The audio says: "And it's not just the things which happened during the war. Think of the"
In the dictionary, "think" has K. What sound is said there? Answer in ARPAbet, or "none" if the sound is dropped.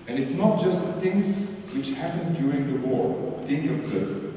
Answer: none